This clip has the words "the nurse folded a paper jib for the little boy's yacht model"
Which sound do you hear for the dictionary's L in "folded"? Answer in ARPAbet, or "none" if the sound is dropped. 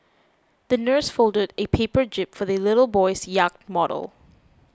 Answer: L